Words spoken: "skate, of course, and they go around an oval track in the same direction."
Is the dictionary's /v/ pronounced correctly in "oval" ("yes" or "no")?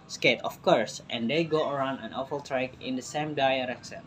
no